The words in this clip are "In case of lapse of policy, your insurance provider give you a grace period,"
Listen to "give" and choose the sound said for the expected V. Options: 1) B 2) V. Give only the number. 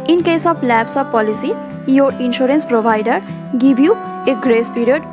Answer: 1